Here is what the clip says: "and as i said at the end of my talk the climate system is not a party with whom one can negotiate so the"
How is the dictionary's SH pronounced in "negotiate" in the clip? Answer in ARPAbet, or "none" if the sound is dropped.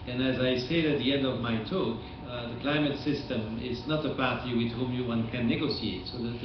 S